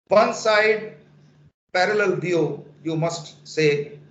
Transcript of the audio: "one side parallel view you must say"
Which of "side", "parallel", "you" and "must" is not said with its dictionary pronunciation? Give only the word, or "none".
none